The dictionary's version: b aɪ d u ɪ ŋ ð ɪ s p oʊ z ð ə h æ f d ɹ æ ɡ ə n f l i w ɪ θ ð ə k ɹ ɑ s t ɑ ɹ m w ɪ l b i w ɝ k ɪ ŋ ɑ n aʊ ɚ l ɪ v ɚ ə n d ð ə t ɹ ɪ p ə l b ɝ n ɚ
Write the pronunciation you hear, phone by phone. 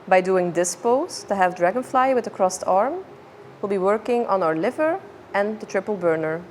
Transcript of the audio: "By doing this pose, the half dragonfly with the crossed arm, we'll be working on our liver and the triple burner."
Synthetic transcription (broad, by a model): b aɪ d u ɪ ŋ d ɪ s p oʊ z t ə h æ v d ɹ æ ɡ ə n f l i w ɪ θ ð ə k ɹ ɑ s t ɑ ɹ m w ɪ l b i w ɝ k ɪ ŋ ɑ n aʊ ɚ l ɪ v ɚ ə n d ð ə t ɹ ɪ p ə l b ɝ n ɚ